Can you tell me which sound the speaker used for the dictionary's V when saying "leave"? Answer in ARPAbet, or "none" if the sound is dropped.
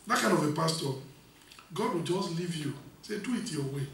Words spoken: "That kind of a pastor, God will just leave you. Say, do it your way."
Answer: V